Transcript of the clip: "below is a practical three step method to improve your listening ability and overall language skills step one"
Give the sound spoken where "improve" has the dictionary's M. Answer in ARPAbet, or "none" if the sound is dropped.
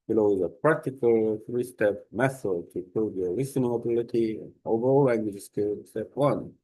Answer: none